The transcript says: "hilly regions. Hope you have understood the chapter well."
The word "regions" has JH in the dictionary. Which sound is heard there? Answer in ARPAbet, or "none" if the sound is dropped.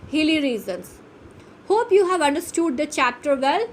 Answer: Z